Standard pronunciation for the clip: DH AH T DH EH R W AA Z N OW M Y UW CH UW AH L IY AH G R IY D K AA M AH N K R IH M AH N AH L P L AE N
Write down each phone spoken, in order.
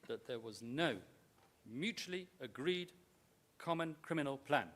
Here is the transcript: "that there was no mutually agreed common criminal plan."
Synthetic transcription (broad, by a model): DH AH T DH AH R W AA Z N OW M Y UW CH UW AH L IY AH G R IY D K AA M AH N K R IH M AH N AH L P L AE N